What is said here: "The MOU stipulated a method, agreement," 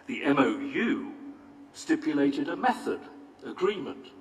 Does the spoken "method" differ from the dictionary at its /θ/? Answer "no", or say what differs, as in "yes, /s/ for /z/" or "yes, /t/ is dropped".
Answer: no